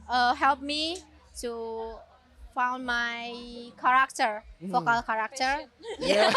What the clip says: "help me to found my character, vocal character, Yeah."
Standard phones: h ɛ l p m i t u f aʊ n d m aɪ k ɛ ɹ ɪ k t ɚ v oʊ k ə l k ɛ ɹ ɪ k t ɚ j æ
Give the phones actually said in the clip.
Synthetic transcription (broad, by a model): h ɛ l p m i t u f aʊ n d m aɪ k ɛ ɹ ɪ k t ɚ f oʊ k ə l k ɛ ɹ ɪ k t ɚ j